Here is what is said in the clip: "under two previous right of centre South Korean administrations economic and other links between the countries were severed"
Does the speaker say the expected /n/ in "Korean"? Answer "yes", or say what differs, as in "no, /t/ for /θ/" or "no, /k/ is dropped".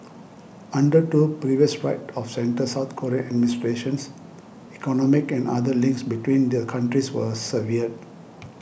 no, /n/ is dropped